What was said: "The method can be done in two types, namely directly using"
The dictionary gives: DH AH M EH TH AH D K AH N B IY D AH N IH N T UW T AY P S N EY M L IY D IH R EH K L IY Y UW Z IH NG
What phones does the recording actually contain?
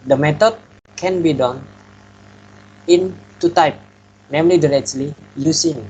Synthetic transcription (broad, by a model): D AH M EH T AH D K AH N B IY D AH N IH N T UW T AY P N EY M L IY D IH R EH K L IY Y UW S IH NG